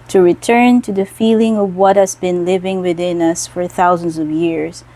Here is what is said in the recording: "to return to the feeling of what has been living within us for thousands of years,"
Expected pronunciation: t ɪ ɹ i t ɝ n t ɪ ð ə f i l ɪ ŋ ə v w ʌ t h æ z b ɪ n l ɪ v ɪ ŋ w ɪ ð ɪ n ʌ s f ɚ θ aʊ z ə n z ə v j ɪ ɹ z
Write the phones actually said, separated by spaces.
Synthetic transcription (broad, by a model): t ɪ ɹ i t ɝ n t ɪ ð ə f i l ɪ ŋ ə v w ʌ t h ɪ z b ɪ n l ɪ v ɪ ŋ w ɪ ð ɪ n ʌ s f ɚ θ aʊ z ə n z ə v j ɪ ɹ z